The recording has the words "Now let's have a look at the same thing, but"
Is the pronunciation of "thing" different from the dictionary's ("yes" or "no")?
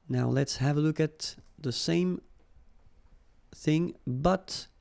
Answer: no